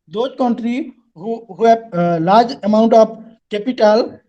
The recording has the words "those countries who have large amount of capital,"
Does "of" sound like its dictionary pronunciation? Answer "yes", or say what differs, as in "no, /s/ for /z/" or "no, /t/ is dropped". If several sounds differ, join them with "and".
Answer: no, /p/ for /v/